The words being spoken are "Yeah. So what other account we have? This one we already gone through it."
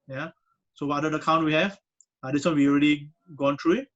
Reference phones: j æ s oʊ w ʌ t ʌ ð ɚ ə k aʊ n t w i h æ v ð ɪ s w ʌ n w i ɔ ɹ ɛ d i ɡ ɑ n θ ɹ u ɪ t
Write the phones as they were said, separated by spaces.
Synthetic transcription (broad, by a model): j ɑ s oʊ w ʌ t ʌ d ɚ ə k aʊ n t w i h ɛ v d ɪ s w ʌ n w i ɔ ɹ ɛ d i ɡ ɑ n t ɹ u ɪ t